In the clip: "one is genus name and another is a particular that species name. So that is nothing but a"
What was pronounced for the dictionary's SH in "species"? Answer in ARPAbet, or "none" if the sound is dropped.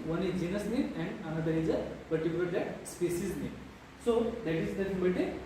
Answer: S